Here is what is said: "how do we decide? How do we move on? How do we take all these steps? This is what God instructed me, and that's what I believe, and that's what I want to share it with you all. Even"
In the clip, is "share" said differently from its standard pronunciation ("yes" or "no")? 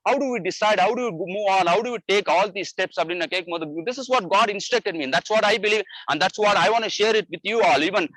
no